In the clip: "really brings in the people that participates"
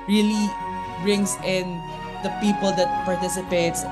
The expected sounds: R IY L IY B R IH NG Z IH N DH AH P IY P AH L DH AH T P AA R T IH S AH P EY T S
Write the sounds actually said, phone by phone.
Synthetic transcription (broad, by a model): R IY L IY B R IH NG S IH N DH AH P IY P AH L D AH T P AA R T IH S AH P EY T S